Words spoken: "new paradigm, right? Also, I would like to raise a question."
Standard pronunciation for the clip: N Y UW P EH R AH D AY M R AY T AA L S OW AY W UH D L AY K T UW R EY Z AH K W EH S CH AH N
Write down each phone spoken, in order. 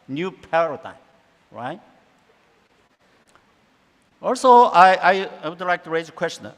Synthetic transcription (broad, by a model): N Y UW P EH R AH D AY M R AY T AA L S OW AY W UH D L AY K T UW R EY Z AH K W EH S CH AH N